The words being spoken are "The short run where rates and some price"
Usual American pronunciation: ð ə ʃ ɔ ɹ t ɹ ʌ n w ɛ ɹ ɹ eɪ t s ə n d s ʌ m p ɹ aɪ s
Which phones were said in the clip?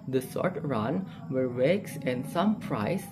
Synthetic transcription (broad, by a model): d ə s ɔ ɹ t ɹ ʌ n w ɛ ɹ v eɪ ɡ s ə n d s ʌ m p ɹ aɪ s